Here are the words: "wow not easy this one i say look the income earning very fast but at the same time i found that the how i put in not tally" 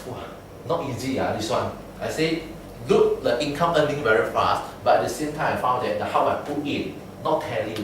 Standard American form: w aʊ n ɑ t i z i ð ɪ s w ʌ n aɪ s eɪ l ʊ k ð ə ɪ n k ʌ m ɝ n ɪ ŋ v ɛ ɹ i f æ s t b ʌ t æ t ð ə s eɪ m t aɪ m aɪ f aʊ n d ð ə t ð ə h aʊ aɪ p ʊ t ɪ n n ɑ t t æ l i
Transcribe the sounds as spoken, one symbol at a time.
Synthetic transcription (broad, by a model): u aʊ n ɑ t i z i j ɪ s w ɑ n aɪ s eɪ l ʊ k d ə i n k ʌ m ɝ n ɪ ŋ v ɛ ɹ i f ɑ s t b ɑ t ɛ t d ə s eɪ m t aɪ m aɪ f aʊ n d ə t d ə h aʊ aɪ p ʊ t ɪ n n ɑ t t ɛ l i